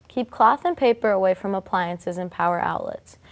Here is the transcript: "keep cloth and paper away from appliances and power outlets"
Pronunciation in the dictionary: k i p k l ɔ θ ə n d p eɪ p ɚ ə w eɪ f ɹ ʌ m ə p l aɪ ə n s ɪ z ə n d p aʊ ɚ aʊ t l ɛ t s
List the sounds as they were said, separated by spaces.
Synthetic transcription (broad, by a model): k i p k l ɔ θ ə n p eɪ p ɚ ə w eɪ f ɹ ʌ m ə p l aɪ ə n s ɪ z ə n p aʊ ɚ aʊ t l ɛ t s